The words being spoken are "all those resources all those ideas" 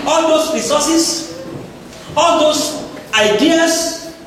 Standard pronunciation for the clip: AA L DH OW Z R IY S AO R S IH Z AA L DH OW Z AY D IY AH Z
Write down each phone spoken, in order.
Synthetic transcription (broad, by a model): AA L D OW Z R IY S AO S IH S AA L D OW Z AY D IY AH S